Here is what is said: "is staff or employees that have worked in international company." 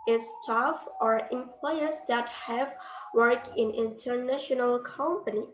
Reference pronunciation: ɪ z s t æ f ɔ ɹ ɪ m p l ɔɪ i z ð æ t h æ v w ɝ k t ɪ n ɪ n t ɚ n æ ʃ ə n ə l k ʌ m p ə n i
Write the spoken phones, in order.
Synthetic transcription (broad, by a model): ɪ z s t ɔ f ɔ ɹ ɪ m p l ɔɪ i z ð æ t h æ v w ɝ k ɪ n ɪ n t ɚ n æ ʃ ə n ə l k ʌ m p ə n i